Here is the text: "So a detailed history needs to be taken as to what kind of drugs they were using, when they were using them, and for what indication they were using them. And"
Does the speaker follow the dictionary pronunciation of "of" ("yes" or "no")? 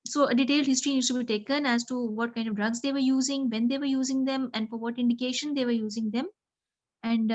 yes